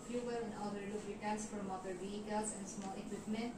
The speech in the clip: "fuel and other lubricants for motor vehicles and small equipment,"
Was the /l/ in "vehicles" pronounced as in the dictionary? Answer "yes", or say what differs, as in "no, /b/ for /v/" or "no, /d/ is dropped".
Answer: no, /l/ is dropped